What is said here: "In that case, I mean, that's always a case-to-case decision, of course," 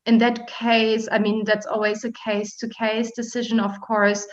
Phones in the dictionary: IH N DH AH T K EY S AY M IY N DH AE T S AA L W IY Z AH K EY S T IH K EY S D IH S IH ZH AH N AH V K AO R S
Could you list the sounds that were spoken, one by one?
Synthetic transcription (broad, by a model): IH N DH AH T K EY S AY M IY N DH AE T S AA L W IY Z AH K EY S T IH K EY S D IH S IH ZH AH N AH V K AO R S